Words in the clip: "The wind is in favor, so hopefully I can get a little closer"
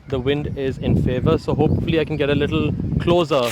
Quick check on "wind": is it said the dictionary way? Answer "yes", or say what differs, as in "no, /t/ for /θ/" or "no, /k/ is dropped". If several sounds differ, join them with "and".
yes